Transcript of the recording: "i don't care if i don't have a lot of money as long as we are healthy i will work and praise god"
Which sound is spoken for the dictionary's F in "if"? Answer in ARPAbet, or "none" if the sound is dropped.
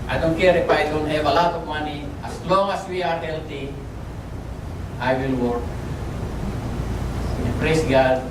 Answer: P